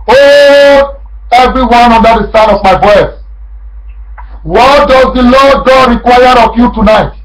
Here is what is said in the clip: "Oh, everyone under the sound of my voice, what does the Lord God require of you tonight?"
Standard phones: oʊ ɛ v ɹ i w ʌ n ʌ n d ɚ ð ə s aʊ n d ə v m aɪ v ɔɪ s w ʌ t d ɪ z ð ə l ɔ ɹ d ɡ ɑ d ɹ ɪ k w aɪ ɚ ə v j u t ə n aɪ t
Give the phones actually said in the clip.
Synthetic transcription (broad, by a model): oʊ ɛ v ɹ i w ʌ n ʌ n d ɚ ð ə s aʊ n ə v m aɪ b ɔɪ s w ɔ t d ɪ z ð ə l ɔ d ɡ ɑ d ɹ ɪ k w aɪ ɚ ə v j u t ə n aɪ t